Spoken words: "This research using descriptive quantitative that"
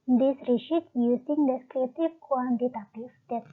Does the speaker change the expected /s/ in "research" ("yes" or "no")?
yes